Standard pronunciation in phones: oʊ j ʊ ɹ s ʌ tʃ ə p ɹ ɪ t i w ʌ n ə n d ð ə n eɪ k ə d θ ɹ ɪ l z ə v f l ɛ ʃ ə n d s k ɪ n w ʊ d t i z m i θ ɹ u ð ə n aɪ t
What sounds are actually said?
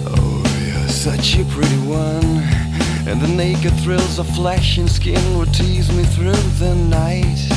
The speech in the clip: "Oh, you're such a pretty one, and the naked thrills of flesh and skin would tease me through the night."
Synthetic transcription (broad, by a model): oʊ j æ s ʌ tʃ ə p ɹ ɪ t i w ʌ n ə n ð ə n eɪ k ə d θ ɹ ɪ l z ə f l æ ʃ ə n s k ɪ n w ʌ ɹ t i z m i θ ɹ u ð ə n aɪ t